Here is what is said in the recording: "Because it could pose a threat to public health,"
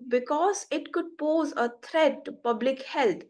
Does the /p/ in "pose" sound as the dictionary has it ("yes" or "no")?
yes